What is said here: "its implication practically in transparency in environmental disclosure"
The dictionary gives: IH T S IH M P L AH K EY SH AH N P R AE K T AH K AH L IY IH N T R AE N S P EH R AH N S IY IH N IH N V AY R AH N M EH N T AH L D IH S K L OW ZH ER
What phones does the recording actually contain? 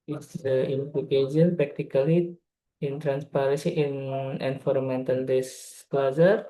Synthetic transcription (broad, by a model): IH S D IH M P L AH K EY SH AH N P R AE K T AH K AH L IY IH N T R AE N S P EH R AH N S IY IH N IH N F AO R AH M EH N T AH L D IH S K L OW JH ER